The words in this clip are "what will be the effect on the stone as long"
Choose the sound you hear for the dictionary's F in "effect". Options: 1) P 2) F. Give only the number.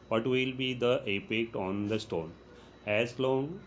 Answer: 1